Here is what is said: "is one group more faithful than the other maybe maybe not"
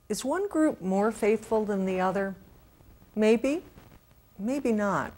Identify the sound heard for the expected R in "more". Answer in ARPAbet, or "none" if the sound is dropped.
R